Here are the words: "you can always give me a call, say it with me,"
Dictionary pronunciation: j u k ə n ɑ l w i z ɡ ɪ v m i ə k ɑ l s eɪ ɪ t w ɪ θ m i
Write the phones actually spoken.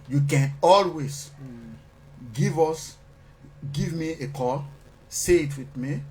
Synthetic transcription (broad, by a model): j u k ə n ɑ l w i s ɡ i v m i ə k ɑ l s eɪ ɪ t w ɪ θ m i